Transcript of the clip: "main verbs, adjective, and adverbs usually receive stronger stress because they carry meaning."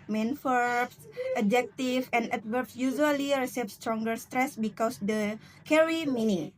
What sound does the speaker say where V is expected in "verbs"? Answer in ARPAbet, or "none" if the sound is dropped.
F